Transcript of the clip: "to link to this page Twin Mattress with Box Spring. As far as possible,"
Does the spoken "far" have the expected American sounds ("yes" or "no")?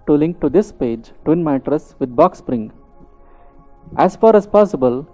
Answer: yes